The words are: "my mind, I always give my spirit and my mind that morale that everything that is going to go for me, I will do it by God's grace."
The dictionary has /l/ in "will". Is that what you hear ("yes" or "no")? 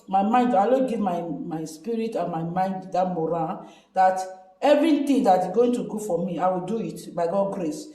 yes